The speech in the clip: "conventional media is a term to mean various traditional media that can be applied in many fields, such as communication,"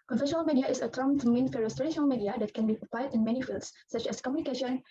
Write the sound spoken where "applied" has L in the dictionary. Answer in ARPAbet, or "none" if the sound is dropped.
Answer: none